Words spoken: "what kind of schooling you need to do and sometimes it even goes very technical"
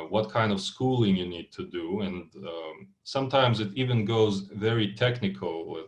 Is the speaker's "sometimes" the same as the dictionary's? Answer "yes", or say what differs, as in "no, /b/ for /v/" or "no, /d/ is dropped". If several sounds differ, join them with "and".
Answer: yes